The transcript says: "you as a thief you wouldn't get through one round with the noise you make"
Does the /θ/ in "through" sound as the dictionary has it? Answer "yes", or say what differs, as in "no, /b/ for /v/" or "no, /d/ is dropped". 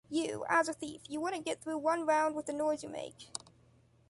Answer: yes